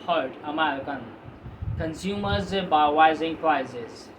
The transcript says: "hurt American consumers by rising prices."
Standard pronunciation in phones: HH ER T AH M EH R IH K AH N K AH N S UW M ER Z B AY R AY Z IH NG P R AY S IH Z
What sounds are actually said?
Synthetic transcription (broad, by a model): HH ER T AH M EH R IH K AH N K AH N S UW M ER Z B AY W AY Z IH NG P R AY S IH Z